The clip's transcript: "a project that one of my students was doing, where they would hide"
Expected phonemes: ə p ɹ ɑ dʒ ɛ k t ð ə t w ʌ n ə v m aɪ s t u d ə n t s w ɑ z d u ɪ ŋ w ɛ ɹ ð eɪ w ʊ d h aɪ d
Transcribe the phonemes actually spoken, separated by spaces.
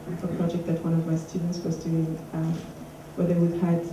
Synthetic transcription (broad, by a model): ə p ɹ ɑ dʒ ɛ k t ð ə t w ʌ n ə v m aɪ s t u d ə n t s w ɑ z d u ɪ ŋ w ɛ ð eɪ w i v h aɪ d